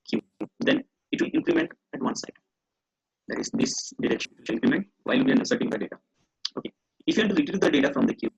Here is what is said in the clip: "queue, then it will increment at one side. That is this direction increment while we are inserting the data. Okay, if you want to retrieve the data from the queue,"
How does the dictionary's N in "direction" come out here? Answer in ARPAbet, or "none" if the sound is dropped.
none